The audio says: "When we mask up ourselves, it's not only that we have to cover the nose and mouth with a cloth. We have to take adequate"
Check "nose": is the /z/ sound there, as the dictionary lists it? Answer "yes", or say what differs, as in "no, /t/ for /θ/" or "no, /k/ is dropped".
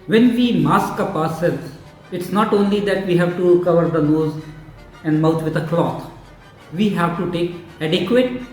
yes